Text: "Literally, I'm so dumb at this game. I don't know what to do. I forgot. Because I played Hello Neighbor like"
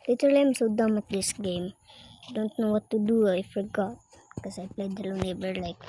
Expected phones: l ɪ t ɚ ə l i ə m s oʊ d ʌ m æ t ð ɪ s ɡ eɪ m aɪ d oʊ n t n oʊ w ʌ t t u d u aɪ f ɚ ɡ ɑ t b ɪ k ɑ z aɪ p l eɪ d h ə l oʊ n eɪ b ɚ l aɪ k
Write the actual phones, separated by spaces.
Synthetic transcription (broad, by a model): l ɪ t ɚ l ə m s oʊ d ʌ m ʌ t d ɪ s ɡ eɪ m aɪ d oʊ n t n oʊ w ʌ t t u d u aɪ f ɚ ɡ ɑ t k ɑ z aɪ p l eɪ d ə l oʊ n eɪ b ɚ l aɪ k